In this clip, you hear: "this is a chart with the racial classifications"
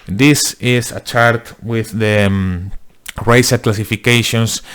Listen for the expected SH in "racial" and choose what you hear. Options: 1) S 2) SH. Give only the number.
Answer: 1